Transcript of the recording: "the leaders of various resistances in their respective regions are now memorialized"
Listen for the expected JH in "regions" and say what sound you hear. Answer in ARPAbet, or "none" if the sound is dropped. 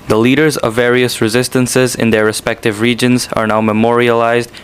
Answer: JH